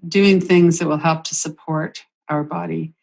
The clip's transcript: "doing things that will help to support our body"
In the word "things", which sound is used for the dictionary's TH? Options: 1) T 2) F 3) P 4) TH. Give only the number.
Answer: 4